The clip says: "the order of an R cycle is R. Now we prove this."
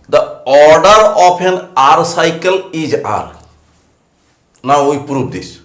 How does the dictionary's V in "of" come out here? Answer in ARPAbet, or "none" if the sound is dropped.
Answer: P